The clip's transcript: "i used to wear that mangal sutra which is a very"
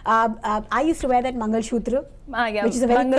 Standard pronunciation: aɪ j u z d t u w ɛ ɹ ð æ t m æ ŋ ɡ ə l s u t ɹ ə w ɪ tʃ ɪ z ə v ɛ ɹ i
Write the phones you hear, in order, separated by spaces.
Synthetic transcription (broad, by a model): aɪ j u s t u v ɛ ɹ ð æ t m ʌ ŋ ɡ ə l ʃ u t ɹ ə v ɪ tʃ ɪ z ə v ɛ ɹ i